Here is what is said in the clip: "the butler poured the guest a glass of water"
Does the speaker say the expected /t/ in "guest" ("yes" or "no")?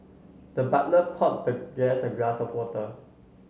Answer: no